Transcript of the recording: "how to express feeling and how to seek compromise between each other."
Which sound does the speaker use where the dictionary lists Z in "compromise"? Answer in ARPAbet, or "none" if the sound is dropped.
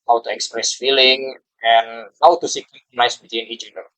S